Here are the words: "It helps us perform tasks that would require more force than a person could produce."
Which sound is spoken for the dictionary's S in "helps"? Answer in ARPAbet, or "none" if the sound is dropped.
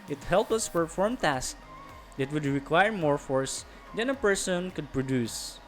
none